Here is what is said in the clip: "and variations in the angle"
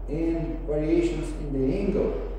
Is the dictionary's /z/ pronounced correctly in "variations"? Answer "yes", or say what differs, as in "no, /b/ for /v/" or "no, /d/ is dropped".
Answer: no, /s/ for /z/